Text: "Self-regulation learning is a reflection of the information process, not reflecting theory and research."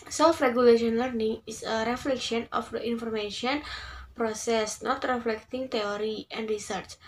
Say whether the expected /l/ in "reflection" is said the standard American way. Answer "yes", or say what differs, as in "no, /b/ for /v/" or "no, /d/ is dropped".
yes